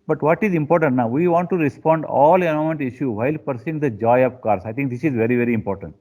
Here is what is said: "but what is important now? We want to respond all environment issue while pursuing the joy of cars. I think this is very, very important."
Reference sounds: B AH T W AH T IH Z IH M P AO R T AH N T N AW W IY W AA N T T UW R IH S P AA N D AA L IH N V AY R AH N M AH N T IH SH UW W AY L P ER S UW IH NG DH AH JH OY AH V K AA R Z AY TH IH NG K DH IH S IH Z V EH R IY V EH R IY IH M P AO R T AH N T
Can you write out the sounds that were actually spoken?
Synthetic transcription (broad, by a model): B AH T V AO T IH Z IH M P AO R T AH N T N AW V IY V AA N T T UW R IH S P AA N D AA L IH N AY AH M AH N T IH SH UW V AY L P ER S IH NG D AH JH OY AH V K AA R S AY T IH NG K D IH S IH Z V EH R IY V EH R IY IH M P AO R T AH N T